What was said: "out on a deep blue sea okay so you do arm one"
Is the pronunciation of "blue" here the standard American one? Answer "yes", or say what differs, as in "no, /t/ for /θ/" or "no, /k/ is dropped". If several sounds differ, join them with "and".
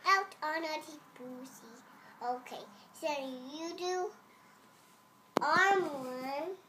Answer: no, /l/ is dropped